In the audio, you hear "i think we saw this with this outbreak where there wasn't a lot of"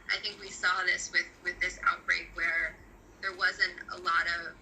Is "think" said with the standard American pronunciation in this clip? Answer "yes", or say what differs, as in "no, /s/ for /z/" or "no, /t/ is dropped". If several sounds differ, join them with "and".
yes